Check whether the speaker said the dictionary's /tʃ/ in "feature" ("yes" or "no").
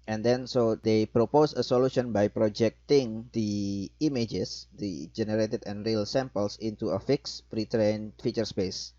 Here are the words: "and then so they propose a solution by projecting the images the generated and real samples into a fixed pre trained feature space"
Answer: yes